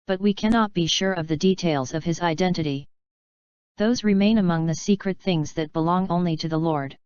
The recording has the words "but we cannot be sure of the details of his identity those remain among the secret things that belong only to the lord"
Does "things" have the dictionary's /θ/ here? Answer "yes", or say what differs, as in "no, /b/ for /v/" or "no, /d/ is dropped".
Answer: yes